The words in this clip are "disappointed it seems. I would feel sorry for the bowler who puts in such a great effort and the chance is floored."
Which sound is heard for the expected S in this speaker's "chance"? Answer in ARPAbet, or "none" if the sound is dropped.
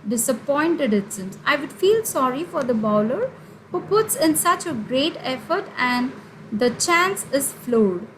S